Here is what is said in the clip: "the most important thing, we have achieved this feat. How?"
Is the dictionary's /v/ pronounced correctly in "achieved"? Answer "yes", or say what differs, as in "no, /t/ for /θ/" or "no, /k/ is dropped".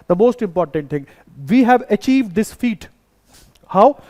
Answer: yes